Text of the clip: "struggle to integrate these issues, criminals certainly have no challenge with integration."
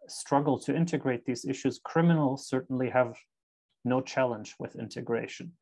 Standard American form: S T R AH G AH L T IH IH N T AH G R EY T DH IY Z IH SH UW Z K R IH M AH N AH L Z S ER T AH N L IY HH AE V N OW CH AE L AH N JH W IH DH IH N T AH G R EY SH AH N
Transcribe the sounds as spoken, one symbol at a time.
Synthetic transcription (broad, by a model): S T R AH G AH L T IH IH N T AH G R EY T DH IY Z IH SH UW Z K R IH M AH N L S ER T N L IY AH V N OW CH AE L AH N JH W IH DH IH N T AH G R EY SH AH N